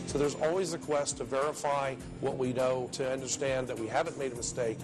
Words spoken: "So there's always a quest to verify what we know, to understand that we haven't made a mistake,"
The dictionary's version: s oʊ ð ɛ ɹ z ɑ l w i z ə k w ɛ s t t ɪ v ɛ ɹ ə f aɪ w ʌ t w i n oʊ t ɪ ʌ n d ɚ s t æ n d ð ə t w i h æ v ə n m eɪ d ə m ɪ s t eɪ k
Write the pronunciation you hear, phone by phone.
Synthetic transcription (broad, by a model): s oʊ ð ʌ ɹ z ɑ l w i z ə k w ɛ s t t ɪ v ɛ ɹ ə f aɪ w ʌ t w i n oʊ t ɪ ʌ n d ɚ s t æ n ð ə t w i h æ v ə n m eɪ d ə m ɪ s t eɪ k